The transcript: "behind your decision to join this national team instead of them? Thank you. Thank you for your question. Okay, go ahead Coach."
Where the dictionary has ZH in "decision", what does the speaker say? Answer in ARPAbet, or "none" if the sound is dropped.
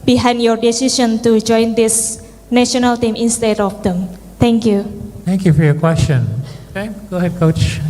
SH